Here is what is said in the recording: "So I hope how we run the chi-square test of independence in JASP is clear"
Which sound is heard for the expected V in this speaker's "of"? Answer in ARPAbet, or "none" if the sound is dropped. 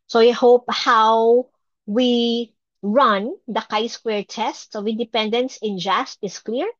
W